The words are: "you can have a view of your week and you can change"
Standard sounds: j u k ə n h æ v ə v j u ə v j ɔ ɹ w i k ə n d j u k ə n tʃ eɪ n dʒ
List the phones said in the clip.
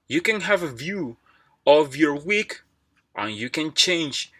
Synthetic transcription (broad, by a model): j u k ə n h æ v ə v j u ə v j ɔ ɹ w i k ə n j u k ə n tʃ eɪ n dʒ